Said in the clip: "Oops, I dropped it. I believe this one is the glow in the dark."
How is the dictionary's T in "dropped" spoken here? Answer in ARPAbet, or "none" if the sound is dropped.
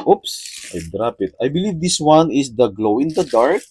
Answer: none